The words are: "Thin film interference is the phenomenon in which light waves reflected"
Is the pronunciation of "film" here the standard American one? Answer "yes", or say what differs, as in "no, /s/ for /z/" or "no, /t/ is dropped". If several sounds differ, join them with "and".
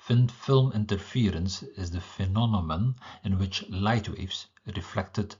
yes